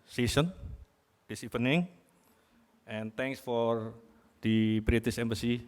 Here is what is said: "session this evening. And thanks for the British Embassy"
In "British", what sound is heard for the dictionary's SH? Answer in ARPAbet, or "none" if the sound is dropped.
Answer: S